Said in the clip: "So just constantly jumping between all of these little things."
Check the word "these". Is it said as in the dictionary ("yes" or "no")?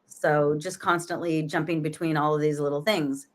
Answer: yes